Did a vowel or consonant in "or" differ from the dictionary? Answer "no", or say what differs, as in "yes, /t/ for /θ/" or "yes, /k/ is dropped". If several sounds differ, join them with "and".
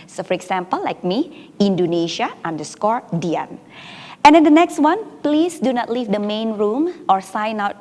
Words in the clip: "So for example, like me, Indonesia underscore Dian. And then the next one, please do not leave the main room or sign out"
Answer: no